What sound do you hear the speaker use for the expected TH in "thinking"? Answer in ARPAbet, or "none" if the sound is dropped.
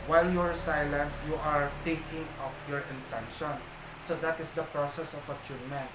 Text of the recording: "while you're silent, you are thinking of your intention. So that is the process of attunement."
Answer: T